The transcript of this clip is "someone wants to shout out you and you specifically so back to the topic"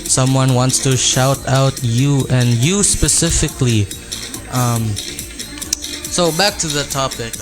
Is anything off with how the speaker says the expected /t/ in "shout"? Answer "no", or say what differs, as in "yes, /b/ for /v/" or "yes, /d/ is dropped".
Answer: no